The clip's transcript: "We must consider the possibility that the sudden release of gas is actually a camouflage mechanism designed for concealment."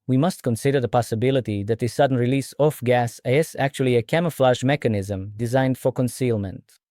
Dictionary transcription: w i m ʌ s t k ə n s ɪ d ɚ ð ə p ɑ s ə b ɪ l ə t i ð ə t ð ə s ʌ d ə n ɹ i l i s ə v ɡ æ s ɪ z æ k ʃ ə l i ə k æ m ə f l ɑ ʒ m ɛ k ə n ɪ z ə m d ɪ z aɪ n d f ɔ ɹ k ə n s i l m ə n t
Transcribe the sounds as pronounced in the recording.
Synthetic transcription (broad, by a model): w i m ʌ s t k ə n s ɪ d ɚ ð ə p ɑ s ə b ɪ l ə t i ð ə t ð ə s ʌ d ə n ɹ i l i s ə f ɡ æ s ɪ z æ k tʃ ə l i ə k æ m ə f l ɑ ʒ m ɛ k ə n ɪ z ə m d ɪ z aɪ n d f ɔ ɹ k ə n s i l m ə n t